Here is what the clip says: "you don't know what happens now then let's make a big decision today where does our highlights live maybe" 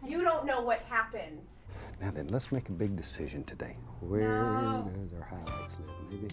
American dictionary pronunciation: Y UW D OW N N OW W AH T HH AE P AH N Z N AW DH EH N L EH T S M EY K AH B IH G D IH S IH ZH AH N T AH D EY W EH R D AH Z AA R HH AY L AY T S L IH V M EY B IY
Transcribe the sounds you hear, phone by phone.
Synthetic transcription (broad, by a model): Y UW D OW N N OW W AH T HH AE P AH N Z N AW DH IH N L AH T S M EY K AH B IH G D IH S IH ZH AH N T AH D EY W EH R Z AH R HH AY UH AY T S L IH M EY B IY